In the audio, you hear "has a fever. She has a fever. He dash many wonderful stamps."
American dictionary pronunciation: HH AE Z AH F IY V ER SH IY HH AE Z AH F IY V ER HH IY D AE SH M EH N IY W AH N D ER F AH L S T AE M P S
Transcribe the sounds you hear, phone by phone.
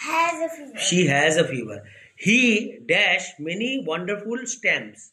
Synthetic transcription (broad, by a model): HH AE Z AH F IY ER SH IY HH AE Z AH F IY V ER HH IY D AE SH M EH N IY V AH N D ER F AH L S T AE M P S